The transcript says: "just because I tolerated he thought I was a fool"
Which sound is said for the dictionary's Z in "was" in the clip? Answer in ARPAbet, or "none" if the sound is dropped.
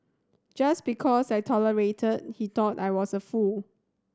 S